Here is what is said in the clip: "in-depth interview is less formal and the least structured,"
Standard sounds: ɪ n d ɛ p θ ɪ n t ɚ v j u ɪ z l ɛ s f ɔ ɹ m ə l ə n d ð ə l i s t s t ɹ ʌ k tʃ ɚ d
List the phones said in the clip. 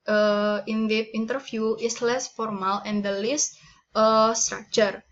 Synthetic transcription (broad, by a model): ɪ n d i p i n t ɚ f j u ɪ s l ɛ s f ɔ ɹ m ə l ə n d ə l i s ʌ s t ɹ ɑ k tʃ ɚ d